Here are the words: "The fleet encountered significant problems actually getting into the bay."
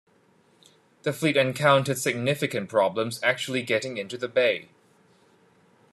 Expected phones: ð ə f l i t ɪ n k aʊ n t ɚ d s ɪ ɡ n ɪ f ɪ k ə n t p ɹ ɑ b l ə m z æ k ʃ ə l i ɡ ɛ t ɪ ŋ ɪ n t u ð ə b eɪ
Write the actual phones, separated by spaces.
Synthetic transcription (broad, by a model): ð ə f l i t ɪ n k aʊ n t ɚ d s ɪ ɡ n ɪ f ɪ k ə n p ɹ ɑ b l ə m z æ k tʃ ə l i ɡ ɛ t ɪ ŋ ɪ n t u ð ə b eɪ